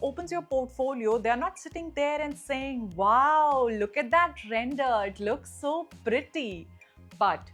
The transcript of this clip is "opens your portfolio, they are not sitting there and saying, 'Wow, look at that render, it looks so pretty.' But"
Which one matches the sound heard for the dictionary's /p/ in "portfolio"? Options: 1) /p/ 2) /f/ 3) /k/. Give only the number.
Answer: 1